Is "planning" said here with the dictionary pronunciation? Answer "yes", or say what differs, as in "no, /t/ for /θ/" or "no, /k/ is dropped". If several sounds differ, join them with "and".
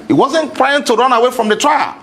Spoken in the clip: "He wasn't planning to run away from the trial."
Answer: no, /n/ is dropped